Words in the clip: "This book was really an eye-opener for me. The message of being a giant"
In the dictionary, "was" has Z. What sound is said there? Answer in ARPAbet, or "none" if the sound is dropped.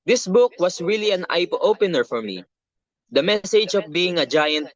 S